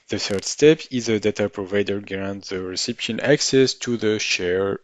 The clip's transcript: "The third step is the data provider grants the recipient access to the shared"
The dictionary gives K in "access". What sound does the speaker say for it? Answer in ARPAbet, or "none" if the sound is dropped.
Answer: K